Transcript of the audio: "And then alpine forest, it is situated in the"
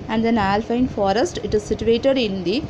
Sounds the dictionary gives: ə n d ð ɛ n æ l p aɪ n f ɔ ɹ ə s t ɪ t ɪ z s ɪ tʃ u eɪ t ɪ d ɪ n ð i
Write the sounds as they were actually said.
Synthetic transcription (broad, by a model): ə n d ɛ n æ l f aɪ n f ɔ ɹ ə s t ɪ t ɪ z s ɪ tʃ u eɪ t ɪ d ɪ n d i